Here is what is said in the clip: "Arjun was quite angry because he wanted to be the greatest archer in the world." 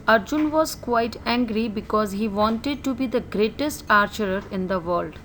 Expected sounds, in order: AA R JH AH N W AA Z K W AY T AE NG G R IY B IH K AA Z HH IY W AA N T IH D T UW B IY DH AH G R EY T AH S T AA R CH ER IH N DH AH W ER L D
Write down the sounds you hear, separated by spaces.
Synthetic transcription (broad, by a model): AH R JH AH N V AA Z K W AY T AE NG G R IY B IH K AA Z HH IY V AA N T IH D T UW B IY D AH G R EY T AH S T AA R CH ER IH N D AH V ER L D